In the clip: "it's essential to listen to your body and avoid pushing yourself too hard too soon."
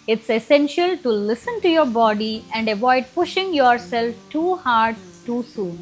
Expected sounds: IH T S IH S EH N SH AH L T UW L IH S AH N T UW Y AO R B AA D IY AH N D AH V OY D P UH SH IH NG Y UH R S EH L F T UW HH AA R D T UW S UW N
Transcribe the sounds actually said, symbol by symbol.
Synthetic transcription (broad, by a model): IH T S IH S EH N SH AH L T UW L IH S AH N T UW Y AO R B AA D IY AH N D AH V OY D P UH SH IH NG Y UH R S EH L F T UW HH AA R D T UW S UW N